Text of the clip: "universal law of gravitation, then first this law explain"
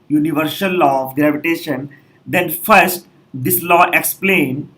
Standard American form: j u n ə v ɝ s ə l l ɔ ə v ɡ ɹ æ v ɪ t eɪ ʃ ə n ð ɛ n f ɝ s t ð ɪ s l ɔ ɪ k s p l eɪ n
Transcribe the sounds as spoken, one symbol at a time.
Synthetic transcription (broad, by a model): j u n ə v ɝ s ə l l ɔ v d ɹ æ p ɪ t eɪ ʃ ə n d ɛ n f ɝ s t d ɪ s l ɔ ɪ k s p l eɪ n